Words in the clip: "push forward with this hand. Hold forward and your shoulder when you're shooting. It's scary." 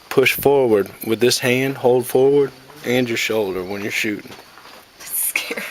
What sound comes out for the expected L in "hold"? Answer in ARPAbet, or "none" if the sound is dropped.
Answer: L